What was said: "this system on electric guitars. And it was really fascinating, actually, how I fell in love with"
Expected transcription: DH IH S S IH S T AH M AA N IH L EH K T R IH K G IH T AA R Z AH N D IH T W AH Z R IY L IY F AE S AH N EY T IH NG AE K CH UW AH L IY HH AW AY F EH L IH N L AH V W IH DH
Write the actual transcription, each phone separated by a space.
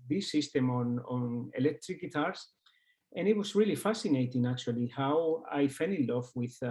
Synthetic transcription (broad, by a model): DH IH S S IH S T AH M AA N IH L EH K T R IH K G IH T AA R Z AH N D IH T W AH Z R IY L IY F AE S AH N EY T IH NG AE K CH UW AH L IY HH AW AY F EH N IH L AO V W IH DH